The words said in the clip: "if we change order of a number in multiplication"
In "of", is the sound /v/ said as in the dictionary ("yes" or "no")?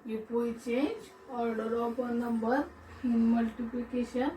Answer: no